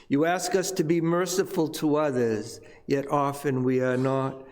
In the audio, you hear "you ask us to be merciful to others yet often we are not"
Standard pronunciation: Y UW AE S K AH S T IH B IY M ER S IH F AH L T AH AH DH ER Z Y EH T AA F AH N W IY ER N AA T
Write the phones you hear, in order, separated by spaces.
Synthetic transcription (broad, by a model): Y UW AE S K AH S T IH B IY M ER S IH F AH L T AH AH DH ER Z Y EH T AA F AH N W IY ER N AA T